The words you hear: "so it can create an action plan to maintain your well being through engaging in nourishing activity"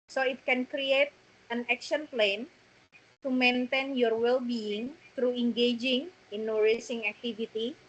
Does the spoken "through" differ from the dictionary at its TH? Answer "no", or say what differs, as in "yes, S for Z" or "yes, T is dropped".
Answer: yes, T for TH